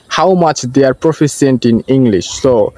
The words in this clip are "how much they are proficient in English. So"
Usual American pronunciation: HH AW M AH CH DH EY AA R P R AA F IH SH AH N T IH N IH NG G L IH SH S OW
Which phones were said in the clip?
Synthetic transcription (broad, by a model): HH AW M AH CH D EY AA R P R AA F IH S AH N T IH N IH NG G L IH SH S OW